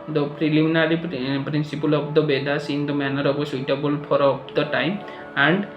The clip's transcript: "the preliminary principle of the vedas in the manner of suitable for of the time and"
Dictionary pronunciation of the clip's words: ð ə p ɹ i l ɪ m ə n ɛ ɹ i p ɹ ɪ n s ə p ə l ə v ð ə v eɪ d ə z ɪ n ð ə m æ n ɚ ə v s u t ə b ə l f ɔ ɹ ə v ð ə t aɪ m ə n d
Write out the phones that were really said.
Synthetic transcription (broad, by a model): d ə p ɹ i l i m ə n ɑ ɹ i p ɹ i n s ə p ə l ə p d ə b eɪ d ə s ɪ n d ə m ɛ n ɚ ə b s u t ə b ə l p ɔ ɹ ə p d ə t aɪ m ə n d